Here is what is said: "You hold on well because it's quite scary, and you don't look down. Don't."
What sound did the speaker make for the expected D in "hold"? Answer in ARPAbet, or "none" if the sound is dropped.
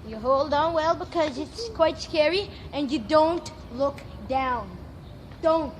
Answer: D